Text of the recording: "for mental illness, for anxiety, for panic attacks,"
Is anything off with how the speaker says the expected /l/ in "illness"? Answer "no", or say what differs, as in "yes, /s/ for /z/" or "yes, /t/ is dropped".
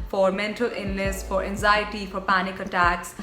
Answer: yes, /l/ is dropped